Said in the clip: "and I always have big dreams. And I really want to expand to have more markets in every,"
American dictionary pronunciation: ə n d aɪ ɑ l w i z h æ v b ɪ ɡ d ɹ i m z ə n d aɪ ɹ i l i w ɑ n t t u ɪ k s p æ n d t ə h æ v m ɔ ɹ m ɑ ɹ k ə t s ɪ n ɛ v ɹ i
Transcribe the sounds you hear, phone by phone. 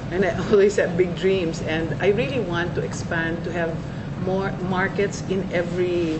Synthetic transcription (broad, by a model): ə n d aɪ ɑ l w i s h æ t b ɪ ɡ d ɹ i m s ə n d aɪ ɹ i l i w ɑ n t t u ɪ k s p æ n d t ə h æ v m ɔ ɹ m ɑ ɹ k ə t s ɪ n ɛ v ɹ i